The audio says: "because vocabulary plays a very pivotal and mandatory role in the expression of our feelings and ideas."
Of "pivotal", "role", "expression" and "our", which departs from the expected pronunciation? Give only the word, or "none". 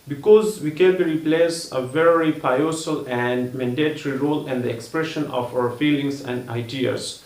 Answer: pivotal